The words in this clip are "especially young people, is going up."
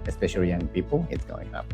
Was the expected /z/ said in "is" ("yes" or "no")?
no